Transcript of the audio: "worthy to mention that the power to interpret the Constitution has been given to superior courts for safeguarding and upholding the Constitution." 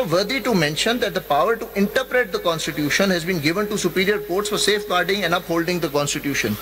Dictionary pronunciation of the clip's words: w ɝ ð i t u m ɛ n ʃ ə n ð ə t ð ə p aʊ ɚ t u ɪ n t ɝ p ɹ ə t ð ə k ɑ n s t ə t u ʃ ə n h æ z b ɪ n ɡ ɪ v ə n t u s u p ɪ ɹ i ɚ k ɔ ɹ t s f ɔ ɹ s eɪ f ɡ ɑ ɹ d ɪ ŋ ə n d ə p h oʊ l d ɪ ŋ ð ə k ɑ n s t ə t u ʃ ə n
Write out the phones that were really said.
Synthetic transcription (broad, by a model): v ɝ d i t u m ɛ n ʃ ə n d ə t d ə p aʊ ɚ t u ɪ n t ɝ p ɹ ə t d ə k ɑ n s t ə t u ʃ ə n h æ z b ɪ n ɡ ɪ v ə n t u s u p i ɹ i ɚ k ɔ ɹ t s f ɔ ɹ s eɪ f ɡ ɑ ɹ d ɪ ŋ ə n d ə p h oʊ l d ɪ ŋ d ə k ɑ n s t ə t u ʃ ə n